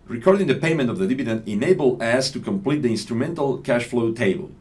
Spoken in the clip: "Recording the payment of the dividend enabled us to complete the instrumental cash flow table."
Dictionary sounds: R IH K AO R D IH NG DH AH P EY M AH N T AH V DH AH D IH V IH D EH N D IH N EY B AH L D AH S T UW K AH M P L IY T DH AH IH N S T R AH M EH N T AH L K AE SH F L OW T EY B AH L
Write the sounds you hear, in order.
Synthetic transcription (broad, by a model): R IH K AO R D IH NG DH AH P EY M AH N T AH V DH AH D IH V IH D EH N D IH N EY B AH L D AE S T UW K AH M P L IY T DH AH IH N S T R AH M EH N T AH L K AE SH F L OW T EY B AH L